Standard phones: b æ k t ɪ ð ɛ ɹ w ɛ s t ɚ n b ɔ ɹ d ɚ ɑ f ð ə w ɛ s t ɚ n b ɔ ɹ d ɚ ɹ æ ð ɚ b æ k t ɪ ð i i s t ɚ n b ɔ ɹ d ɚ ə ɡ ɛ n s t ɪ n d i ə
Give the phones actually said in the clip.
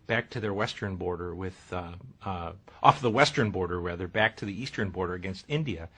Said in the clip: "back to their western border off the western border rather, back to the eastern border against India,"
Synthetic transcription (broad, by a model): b æ k t ɪ ð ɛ ɹ w ɛ s t ɚ n b ɔ ɹ d ɚ ɑ f ð ə w ɛ s t ɚ n b ɔ ɹ d ɚ w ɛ ð ɚ b æ k t ɪ ð i i s t ɚ n b ɔ ɹ d ɚ ə ɡ ɛ n s t ɪ n d i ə